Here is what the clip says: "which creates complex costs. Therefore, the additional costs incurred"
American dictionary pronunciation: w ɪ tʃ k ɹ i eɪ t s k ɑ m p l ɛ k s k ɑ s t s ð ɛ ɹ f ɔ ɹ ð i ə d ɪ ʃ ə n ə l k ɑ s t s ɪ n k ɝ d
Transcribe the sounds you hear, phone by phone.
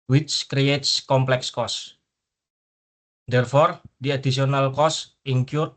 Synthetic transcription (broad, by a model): w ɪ tʃ k ɹ i eɪ t s k ɑ m p l ɛ k s k ɑ s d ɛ ɹ f ɔ ɹ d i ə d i s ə n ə l k ɑ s s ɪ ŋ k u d